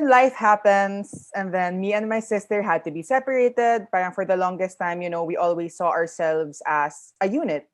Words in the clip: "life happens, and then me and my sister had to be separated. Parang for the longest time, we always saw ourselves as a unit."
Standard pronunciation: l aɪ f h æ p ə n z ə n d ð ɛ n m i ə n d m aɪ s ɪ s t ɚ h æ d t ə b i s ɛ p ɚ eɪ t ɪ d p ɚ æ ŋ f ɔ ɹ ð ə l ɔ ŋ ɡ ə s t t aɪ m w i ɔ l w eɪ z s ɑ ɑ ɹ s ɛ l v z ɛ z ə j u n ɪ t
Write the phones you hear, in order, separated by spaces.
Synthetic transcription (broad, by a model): l aɪ f h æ p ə n s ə n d ð ɛ n m i ə n d m aɪ s ɪ s t ɚ h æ d t ə b i s ɛ p ɚ eɪ t ɪ d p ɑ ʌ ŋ f ɔ ɹ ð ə l ɔ ŋ ɡ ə s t t aɪ m w i ɔ l w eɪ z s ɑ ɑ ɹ s ɛ l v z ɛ s ə j u n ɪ t